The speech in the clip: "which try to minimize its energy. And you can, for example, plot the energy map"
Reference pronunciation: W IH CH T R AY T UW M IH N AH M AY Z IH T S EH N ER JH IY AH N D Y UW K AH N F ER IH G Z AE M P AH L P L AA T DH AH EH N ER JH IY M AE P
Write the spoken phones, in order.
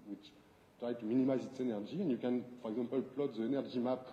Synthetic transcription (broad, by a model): W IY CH T R AY T UW M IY N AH M AY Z IH T S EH N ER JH IY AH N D Y UW K AH N F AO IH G Z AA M P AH L P L AA T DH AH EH N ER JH IY M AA P